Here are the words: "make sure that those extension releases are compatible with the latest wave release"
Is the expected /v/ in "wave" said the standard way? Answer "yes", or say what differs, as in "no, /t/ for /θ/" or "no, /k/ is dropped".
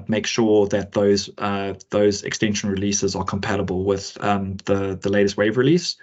yes